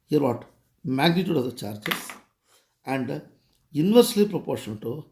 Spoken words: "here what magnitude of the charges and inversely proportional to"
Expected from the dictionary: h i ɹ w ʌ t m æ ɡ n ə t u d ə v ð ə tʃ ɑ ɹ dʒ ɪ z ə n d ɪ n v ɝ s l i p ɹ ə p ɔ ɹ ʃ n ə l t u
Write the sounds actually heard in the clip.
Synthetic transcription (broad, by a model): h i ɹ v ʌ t m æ ɡ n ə t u d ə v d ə tʃ ɑ ɹ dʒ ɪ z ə n d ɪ n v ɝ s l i p ɹ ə p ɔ ɹ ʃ ə n t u